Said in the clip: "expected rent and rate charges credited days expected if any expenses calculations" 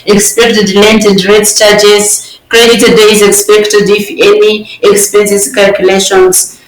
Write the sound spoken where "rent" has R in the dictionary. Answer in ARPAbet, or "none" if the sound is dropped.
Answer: L